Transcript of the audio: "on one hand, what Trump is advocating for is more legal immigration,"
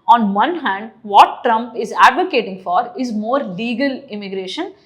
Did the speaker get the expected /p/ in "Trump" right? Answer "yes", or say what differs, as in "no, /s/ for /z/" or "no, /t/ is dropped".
yes